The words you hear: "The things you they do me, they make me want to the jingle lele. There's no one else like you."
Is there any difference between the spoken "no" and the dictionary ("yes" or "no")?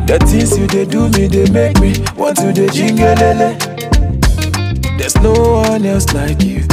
no